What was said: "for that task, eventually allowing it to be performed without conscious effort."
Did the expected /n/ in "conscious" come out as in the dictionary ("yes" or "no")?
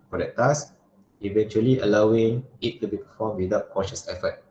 no